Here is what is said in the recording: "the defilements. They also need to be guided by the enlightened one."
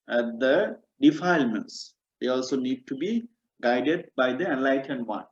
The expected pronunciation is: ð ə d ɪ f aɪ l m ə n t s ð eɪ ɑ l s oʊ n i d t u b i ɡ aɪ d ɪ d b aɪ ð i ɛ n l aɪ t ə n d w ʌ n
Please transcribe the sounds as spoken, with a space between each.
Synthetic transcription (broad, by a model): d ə d ɪ f aɪ l m ə n t s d eɪ ɑ l s oʊ n i d t u b i ɡ aɪ d ɪ d b aɪ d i ɛ n l aɪ t ə n d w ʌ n